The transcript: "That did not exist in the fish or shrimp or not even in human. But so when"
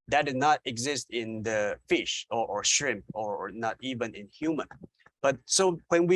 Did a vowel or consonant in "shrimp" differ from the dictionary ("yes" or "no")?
no